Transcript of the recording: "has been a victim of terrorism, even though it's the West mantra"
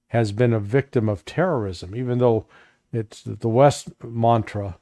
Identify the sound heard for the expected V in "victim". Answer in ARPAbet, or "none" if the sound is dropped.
V